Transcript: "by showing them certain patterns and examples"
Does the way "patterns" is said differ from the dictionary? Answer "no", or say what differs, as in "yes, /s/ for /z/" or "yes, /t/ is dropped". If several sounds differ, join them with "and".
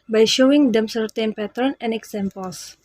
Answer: yes, /z/ is dropped